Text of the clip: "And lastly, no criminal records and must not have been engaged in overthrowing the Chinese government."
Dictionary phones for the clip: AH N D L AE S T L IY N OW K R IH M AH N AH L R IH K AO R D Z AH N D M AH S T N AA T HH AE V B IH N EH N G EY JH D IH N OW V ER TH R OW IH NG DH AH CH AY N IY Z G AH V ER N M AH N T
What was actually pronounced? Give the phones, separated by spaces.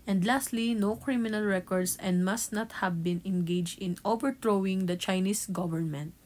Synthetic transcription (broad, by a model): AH N D L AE S T L IY N OW K R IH M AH N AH L R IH K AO R D S AH N D M AH S T N AA T HH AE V B IH N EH N G EY JH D IH N OW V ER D R OW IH NG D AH CH AY N IY S G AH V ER N M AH N T